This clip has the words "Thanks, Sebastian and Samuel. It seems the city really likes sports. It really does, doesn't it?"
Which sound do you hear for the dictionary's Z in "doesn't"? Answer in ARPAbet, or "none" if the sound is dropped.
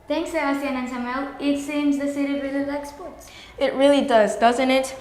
Z